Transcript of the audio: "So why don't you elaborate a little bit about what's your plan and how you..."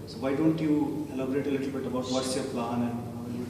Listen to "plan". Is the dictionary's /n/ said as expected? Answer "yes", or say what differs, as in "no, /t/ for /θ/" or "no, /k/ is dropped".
no, /n/ is dropped